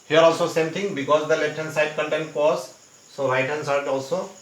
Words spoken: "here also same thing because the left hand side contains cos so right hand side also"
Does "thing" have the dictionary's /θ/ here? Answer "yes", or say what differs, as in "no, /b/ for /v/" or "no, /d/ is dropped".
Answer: no, /t/ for /θ/